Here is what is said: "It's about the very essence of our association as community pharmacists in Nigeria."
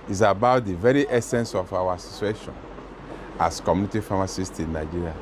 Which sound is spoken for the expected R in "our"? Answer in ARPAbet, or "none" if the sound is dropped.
W